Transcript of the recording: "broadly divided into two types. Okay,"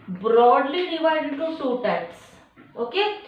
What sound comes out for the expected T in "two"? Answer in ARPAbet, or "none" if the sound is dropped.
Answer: S